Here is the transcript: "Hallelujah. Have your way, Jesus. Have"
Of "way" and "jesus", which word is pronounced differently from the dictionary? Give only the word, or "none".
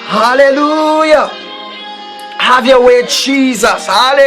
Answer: none